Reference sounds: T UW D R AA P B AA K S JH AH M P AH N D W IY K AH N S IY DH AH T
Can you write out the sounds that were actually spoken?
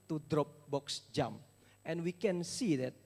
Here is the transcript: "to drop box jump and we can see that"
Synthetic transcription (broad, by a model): T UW D R AA P B AA K S JH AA M AH N W IY K AH N S IY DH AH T